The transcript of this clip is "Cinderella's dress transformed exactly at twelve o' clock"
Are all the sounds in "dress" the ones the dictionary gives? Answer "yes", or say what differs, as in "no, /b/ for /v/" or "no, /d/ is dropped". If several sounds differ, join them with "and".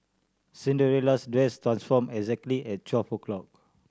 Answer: no, /w/ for /ɹ/